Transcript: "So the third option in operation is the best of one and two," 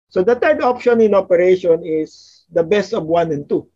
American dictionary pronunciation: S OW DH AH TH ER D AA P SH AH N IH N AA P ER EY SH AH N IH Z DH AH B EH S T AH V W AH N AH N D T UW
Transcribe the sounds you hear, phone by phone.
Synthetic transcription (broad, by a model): S OW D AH T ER D AA P SH AH N IH N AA P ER EY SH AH N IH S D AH B EH S T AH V W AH N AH N T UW